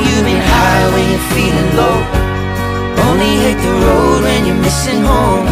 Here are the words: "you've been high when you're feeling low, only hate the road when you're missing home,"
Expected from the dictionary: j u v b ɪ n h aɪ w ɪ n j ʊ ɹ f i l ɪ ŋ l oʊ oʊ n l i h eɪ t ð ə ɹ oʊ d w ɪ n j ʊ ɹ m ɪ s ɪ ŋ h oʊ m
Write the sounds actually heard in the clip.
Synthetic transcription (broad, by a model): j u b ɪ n h aɪ w ɪ n j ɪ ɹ f i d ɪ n l oʊ oʊ n l i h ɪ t ð ə ɹ oʊ d w ɪ n j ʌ ɹ m ɪ s ɪ ŋ h oʊ m